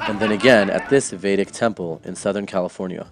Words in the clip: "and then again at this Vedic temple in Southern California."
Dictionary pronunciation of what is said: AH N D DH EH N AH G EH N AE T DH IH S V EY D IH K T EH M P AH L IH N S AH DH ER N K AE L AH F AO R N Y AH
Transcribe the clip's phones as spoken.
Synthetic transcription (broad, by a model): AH N DH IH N AH G EH N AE T DH IH S V EY D IH K T EH M P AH L IH N S AH DH ER N K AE L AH F AO R N Y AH